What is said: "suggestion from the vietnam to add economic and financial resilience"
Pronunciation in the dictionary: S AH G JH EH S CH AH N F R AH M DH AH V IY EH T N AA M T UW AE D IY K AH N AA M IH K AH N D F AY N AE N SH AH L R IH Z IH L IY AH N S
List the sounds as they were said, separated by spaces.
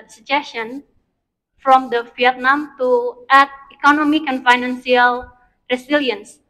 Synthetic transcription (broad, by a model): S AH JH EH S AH N F R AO M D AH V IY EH T N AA M T UW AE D IY K AH N AA M IH K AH N F AY N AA N S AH L R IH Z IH L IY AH N S